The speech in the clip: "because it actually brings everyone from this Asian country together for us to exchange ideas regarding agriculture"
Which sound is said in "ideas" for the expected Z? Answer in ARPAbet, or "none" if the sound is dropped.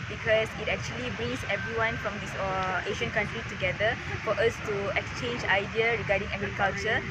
none